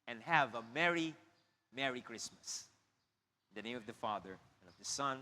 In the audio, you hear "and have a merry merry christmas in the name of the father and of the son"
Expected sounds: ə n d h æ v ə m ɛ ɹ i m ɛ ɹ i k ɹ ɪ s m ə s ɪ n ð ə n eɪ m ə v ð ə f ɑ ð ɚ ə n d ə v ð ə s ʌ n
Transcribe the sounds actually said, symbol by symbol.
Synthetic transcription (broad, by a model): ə n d h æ v ə m ɛ ɹ i m ɛ ɹ i k ɹ ɪ s m ə s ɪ n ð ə n eɪ m ə v ð ə f ɑ ð ɚ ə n ə v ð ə s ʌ n